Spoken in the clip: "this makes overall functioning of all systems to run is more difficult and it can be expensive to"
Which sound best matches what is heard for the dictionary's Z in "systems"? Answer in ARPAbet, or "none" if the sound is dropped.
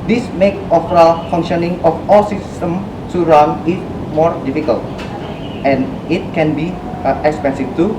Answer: none